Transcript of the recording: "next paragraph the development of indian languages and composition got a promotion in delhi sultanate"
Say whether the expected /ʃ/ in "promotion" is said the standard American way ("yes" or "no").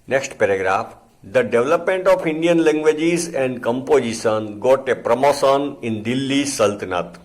no